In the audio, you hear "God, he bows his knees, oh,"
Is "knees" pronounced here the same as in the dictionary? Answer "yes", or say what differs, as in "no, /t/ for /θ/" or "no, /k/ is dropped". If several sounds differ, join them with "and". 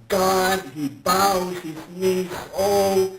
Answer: no, /s/ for /z/